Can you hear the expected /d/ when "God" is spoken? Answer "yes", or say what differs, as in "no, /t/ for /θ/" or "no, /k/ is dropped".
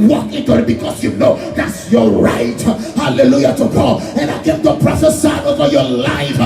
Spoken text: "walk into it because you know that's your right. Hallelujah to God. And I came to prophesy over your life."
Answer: no, /d/ is dropped